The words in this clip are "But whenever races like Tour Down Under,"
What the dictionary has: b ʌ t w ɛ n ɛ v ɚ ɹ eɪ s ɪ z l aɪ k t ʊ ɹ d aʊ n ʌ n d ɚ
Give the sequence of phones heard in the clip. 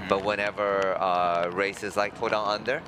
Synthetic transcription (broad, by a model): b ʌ t w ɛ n ɛ v ɚ ɹ eɪ s ɪ z l aɪ k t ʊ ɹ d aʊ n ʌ n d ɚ